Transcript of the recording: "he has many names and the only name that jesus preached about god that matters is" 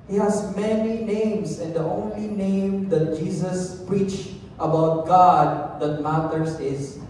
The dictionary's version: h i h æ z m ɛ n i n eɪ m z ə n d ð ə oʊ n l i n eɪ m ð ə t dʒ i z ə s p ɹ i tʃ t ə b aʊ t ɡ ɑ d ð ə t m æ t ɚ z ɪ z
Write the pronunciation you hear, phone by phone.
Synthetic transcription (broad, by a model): h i h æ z m ɛ n i n eɪ m s ə n d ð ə oʊ n l i n eɪ m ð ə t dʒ i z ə s p ɹ i tʃ t ə b aʊ t ɡ ɑ d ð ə t m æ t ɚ s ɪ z